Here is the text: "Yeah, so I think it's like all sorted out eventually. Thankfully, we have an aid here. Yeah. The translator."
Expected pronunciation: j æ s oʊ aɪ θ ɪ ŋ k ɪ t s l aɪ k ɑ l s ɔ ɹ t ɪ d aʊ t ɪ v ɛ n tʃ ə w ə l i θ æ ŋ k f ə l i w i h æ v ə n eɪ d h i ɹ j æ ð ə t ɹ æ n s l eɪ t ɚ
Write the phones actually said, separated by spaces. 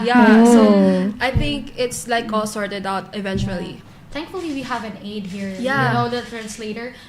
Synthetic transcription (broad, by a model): j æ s oʊ aɪ θ ɪ ŋ k ɪ t s l aɪ k ɑ l s ɔ ɹ t ɪ d aʊ t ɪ v ɛ n tʃ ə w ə l i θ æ ŋ k f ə l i w i h æ v ə n eɪ d h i ɹ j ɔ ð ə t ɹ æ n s l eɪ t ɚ